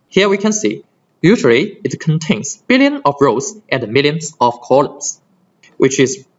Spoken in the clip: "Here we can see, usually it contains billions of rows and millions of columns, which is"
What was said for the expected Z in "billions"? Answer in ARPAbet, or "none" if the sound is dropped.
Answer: none